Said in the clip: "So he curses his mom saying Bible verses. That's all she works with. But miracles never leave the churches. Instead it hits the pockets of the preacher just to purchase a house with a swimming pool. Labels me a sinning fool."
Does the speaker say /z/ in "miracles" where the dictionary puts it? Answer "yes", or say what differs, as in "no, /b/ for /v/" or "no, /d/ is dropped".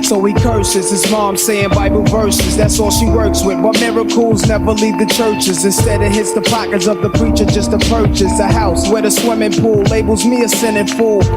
yes